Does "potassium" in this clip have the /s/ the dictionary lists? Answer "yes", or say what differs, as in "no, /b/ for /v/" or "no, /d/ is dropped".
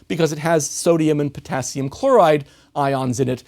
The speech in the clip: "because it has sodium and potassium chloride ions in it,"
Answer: yes